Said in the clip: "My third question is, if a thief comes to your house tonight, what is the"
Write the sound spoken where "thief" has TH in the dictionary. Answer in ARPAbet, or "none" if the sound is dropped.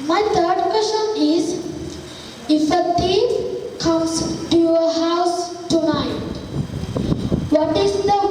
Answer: T